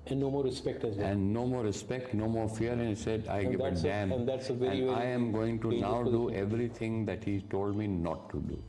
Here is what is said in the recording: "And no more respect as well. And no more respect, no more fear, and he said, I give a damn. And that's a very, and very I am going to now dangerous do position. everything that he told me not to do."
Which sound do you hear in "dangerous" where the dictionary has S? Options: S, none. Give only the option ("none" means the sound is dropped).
none